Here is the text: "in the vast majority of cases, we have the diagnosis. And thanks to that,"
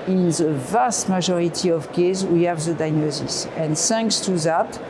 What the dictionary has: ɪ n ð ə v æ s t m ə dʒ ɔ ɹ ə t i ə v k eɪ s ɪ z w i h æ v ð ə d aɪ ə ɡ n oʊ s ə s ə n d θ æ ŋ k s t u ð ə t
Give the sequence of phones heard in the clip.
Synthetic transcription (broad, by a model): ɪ n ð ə v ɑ s t m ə ʒ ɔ ɹ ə t i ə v k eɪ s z w i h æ v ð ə d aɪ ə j n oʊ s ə s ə n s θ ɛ ŋ k s t u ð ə t